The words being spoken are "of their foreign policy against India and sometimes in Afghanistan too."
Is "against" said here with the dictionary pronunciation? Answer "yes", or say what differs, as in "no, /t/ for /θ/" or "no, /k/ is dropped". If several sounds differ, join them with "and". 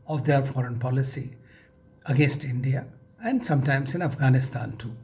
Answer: yes